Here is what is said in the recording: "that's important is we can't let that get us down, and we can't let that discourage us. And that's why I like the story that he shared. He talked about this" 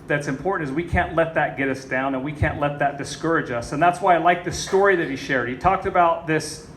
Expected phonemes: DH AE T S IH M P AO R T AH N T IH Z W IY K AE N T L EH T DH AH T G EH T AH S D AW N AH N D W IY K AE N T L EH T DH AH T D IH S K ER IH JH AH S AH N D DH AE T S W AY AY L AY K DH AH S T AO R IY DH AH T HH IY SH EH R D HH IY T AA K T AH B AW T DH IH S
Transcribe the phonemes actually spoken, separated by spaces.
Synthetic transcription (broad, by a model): DH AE T S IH M P AO R T N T IH Z W IY K AE N T L EH T DH AH T G EH T AH S D AW N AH N W IY K AE N T L EH T DH AH T D IH S K ER IH JH AH S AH N DH AE T S W AY AY L AY K DH AH S T AO R IY DH AH T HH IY SH EH R D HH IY T AA K T AH B AW T DH IH S